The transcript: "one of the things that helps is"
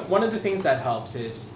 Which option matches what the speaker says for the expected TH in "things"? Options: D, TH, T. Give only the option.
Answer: TH